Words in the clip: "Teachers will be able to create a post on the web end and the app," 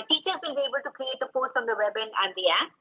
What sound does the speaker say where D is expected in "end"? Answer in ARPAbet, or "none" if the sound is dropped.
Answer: none